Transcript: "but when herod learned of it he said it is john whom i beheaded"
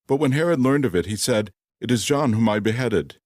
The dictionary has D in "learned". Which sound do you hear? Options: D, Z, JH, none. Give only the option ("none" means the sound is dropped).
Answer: D